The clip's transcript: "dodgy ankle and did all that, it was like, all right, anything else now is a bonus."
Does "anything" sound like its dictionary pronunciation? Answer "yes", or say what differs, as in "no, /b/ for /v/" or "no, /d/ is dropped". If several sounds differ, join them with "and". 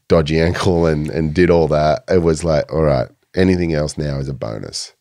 yes